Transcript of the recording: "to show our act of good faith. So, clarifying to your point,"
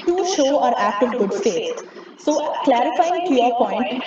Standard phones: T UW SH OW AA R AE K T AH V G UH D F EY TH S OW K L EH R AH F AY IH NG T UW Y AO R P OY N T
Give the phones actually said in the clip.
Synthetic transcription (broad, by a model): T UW SH OW AA R AE K T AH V G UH D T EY T S OW K L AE R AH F AY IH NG T UW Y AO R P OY N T